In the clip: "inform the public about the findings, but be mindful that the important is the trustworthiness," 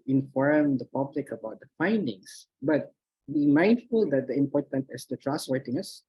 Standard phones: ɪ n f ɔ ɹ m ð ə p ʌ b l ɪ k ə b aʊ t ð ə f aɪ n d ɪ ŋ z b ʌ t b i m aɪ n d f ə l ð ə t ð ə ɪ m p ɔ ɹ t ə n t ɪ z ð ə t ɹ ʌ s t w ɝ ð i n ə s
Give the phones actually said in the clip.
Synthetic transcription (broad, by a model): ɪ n f ɔ ɹ m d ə p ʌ b l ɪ k ə b aʊ t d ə f aɪ n d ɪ ŋ s b ʌ t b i m aɪ n d f ə l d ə t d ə ɪ m p ɔ ɹ t ə n t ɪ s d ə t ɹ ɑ s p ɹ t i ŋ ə s